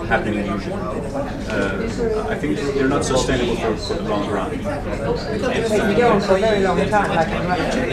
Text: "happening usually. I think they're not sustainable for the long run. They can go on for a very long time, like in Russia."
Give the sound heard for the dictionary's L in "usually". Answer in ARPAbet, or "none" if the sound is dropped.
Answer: N